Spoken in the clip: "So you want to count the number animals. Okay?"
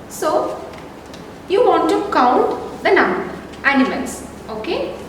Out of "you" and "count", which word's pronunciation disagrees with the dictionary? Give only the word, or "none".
none